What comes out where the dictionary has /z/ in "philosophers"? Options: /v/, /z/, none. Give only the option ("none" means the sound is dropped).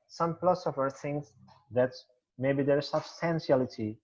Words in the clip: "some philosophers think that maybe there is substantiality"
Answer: none